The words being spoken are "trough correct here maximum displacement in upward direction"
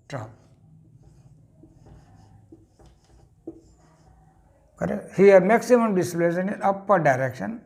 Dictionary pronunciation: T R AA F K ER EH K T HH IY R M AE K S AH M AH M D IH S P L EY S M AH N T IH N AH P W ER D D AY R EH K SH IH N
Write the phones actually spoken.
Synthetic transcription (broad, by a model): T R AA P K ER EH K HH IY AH M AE K S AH M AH M D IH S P L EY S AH N IH N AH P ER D D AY R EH K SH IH N